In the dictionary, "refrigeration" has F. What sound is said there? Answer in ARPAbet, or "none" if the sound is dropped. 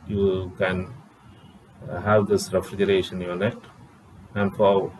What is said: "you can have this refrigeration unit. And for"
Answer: F